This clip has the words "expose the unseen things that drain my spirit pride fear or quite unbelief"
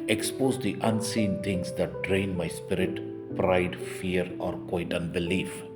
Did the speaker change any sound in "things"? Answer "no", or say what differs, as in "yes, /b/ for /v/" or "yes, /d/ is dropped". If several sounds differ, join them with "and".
yes, /t/ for /θ/